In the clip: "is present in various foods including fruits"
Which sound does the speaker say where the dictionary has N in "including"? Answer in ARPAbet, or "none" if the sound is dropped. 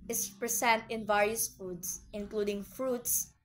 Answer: N